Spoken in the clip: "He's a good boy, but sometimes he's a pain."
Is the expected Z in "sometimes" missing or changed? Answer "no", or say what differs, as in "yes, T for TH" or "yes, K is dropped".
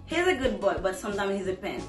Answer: yes, Z is dropped